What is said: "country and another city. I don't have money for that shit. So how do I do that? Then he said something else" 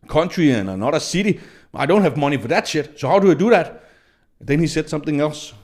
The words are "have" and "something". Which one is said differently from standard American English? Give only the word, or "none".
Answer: none